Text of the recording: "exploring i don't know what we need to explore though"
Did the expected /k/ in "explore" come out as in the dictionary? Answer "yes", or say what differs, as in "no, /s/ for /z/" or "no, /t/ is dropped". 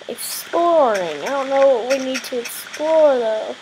yes